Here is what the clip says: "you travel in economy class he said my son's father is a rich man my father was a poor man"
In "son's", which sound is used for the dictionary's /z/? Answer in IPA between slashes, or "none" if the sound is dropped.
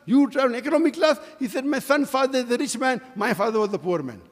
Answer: none